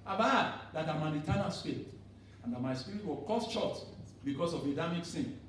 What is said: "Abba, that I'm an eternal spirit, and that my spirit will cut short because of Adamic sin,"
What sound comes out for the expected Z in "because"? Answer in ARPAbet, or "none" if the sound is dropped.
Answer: S